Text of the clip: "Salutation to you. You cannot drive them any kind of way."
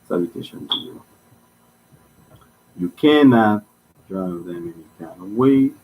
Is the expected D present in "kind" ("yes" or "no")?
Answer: no